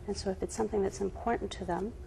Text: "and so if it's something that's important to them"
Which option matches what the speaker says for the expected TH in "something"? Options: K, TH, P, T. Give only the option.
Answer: TH